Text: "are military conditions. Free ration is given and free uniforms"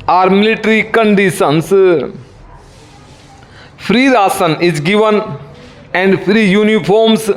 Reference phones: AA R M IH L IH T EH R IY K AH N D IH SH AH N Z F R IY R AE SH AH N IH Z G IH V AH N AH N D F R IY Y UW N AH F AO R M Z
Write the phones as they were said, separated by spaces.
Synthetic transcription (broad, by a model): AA R M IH L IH T R IY K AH N D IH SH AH N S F R IY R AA S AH N IH Z G IH V AH N AH N D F R IY Y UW N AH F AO R M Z